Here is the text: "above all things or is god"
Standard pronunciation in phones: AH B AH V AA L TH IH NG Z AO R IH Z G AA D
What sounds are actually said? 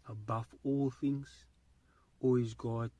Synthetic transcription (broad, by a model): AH B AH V AA L TH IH NG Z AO L IH Z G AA